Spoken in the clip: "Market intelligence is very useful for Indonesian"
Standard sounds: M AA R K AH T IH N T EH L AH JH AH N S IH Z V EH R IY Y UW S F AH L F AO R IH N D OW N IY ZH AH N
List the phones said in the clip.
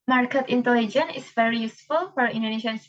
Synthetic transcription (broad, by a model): M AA R K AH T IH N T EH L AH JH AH N IH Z V EH R IY Y UW S F AH L F AO R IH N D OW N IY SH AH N